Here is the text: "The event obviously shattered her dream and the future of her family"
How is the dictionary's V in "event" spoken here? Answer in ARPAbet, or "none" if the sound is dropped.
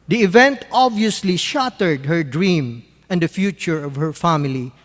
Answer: V